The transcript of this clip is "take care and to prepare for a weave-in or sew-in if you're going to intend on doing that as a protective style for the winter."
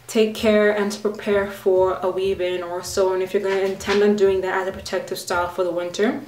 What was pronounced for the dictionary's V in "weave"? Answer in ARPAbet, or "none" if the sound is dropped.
B